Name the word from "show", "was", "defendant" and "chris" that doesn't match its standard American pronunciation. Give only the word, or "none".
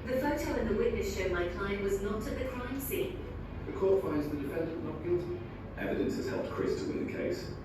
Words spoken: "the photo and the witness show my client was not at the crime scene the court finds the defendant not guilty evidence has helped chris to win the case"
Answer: none